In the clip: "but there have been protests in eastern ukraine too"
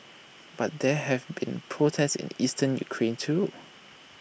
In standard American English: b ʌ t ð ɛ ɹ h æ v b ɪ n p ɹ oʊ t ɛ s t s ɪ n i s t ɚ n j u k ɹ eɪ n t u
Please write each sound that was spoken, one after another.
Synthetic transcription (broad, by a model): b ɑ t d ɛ h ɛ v b ɪ n p ɹ oʊ t ɛ s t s ɪ n i s t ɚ n j u k ɹ eɪ n t u